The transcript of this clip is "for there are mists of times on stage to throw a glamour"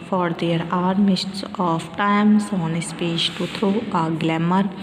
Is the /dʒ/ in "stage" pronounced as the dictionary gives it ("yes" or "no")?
no